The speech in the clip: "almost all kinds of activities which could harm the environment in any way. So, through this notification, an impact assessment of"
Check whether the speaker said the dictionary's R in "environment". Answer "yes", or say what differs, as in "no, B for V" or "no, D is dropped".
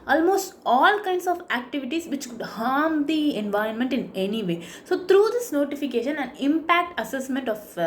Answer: yes